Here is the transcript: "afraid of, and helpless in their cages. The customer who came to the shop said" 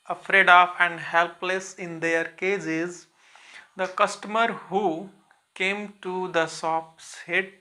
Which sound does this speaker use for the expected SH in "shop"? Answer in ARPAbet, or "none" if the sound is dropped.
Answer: S